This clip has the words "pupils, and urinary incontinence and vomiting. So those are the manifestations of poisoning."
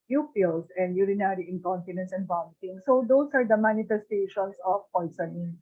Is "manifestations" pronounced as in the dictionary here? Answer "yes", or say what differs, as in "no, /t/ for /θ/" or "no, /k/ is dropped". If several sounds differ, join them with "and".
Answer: no, /s/ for /z/